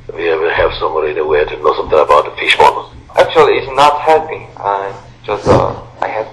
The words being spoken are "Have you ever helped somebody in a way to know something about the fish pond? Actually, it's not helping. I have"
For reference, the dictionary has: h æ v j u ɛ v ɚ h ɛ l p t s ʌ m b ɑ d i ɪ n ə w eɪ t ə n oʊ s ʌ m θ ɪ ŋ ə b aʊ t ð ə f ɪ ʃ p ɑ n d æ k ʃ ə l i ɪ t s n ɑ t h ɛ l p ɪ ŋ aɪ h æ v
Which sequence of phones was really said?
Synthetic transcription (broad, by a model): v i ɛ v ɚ h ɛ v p s ʌ m b ɑ d i ɪ n ə w eɪ t ə n oʊ s ʌ m θ ɪ ŋ ə b aʊ t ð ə f ɪ ʃ b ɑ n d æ k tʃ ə l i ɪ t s n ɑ t h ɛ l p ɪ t aɪ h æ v